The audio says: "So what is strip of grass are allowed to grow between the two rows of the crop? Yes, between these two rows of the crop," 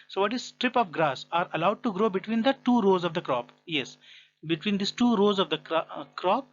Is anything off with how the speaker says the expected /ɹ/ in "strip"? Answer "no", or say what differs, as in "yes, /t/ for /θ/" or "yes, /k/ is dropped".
no